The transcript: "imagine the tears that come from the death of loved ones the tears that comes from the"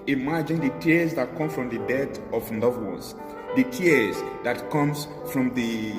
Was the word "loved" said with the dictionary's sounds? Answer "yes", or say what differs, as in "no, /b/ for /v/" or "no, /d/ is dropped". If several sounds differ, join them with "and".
no, /n/ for /l/